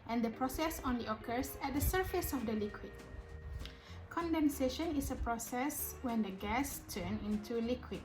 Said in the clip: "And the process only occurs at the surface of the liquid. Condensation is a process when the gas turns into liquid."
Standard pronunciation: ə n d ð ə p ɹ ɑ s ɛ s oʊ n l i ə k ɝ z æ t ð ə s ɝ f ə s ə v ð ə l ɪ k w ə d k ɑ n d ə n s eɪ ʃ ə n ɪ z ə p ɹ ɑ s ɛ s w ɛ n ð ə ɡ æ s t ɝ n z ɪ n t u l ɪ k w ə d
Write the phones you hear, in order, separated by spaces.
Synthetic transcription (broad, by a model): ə n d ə p ɹ ɑ s ɛ s oʊ n l i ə k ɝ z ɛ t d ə s ɝ f ə s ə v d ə l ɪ k w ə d k ɑ n d ə n s eɪ ʃ ə n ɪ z ə p ɹ ɑ s ɛ s w ɛ n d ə ɡ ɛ s t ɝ n ɪ n t u l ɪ k w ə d